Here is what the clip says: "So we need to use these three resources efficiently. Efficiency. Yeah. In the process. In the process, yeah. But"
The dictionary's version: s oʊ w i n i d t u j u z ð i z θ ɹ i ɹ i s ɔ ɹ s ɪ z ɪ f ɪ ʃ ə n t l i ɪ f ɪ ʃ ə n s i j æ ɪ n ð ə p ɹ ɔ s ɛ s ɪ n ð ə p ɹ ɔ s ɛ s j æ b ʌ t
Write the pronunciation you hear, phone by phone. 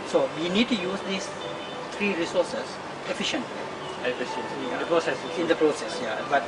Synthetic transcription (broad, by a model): s oʊ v i n i d t u j u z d i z t ɹ i ɹ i s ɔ ɹ s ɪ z ɪ f ɪ ʃ ə n t l i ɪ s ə s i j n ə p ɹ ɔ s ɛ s ɪ n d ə p ɹ ɔ s ɛ s j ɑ b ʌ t